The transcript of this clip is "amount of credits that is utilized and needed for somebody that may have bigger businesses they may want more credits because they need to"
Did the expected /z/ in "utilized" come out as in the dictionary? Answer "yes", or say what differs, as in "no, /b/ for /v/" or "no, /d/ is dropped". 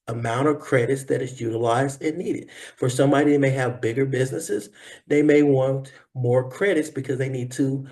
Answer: yes